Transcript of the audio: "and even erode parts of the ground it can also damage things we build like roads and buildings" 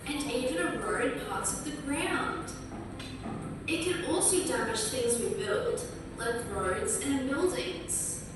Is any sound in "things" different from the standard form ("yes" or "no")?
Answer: no